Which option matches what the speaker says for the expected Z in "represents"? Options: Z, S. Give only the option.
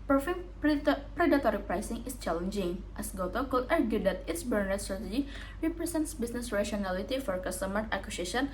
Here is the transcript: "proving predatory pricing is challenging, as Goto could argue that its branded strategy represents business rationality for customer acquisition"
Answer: S